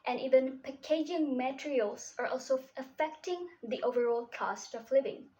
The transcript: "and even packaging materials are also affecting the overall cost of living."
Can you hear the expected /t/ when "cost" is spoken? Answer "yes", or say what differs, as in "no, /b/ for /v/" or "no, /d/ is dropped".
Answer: yes